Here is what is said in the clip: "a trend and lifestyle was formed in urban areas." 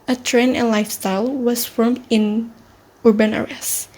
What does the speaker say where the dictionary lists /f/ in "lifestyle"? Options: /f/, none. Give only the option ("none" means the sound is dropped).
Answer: /f/